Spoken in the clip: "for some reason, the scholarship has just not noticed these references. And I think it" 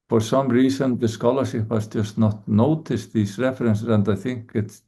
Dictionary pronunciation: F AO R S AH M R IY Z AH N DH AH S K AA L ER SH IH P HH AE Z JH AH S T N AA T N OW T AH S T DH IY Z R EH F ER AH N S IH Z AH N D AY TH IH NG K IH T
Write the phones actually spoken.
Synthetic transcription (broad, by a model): F AO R S AH M R IY S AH N DH AH S K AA L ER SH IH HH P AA S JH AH S T N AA T N OW T AH S T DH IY S R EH F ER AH N S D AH N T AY TH IH NG K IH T